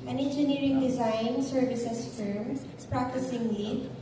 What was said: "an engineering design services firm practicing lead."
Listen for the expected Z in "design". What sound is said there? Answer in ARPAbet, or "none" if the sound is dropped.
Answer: Z